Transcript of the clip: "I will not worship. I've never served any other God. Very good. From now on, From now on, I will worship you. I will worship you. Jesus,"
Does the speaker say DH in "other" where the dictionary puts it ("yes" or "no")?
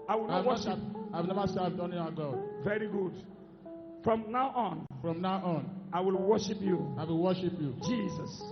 no